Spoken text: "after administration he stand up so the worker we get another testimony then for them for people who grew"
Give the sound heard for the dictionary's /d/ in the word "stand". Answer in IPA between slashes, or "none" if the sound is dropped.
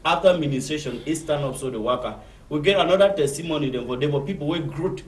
none